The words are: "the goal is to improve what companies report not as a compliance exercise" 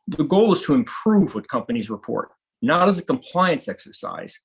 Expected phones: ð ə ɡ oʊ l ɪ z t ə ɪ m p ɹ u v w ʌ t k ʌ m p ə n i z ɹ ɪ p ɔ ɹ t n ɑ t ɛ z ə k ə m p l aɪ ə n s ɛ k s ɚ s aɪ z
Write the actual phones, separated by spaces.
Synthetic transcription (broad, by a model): ð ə ɡ oʊ l ɪ z t ə ɪ m p ɹ u v w ʌ t k ʌ m p ə n i z ɹ ɪ p ɔ ɹ t n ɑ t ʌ z ə k ə m p l aɪ ə n s ɛ k s ɚ s aɪ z